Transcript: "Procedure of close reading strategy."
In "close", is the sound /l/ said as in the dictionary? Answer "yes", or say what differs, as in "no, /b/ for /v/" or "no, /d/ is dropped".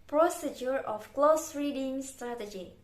yes